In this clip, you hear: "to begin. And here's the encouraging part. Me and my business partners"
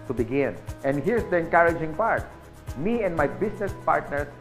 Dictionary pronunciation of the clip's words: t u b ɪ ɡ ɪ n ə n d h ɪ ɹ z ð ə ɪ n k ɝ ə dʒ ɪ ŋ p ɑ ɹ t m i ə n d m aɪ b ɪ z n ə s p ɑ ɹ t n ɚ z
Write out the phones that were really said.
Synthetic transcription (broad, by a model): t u b ɪ ɡ ɪ n ə n d h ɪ ɹ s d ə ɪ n k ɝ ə dʒ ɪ ŋ p ɑ ɹ t m i ə n d m aɪ b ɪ s n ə s p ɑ ɹ t n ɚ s